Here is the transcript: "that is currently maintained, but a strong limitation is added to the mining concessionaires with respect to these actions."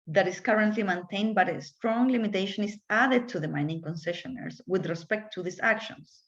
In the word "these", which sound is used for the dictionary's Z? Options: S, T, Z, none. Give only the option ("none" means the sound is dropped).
S